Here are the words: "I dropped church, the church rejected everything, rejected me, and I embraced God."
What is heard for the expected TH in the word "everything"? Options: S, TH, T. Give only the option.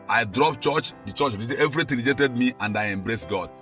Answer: T